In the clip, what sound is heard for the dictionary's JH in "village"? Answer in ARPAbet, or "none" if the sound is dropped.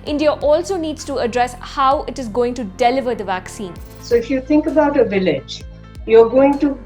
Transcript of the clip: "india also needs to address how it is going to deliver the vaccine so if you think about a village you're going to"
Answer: JH